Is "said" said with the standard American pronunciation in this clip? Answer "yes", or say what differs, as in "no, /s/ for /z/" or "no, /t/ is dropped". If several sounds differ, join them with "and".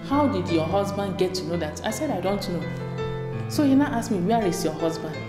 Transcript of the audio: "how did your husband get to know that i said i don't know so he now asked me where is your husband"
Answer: yes